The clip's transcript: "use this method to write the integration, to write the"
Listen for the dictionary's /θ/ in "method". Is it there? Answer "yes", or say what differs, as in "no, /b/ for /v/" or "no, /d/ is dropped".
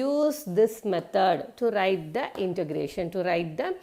no, /t/ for /θ/